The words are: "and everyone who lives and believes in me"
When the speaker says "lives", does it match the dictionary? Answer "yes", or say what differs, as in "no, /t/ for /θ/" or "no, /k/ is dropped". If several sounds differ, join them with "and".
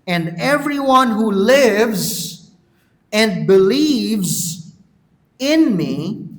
yes